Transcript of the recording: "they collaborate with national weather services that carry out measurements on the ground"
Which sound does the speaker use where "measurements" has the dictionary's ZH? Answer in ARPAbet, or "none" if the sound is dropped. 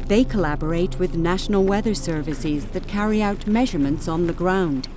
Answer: ZH